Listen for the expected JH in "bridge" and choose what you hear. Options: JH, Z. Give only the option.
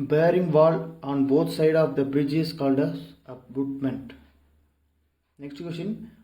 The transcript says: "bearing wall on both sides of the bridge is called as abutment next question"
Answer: JH